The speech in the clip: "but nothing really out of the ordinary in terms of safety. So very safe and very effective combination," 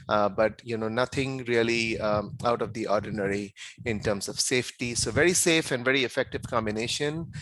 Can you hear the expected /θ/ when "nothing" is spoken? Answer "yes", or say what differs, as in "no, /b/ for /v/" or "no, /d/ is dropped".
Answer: no, /t/ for /θ/